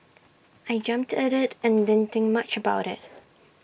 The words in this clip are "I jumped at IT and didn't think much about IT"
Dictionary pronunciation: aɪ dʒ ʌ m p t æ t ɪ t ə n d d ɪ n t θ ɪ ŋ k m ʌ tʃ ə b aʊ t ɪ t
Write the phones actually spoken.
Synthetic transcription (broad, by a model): aɪ dʒ ʌ m p t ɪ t ɪ t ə n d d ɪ n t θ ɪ ŋ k m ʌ tʃ ə b aʊ t ɪ t